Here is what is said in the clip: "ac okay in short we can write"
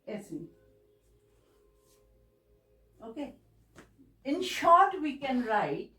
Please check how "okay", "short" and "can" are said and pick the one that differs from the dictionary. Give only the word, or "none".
none